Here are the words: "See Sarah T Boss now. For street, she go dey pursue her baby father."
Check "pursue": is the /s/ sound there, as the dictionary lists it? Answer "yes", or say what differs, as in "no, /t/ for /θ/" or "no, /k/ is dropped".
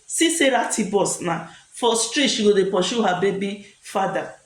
no, /ʃ/ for /s/